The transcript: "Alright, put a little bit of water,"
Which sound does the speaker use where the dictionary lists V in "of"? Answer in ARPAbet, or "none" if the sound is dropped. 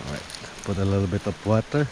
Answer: P